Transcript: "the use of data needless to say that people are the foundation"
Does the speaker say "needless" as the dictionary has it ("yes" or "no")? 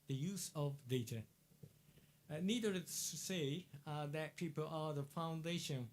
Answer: no